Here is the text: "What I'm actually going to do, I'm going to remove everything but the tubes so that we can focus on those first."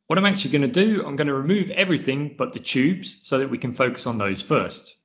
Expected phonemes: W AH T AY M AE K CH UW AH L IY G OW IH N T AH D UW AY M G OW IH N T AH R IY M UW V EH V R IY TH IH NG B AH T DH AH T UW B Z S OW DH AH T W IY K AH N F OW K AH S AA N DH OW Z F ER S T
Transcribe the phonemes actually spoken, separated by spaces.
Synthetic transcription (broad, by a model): W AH T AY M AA K CH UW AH L IY G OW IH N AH D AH AY M G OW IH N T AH R IY M UW V EH V R IY TH IH NG B AH T DH AH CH UW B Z S OW DH AH T W IY K AH N F OW K AH S N DH OW Z F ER S T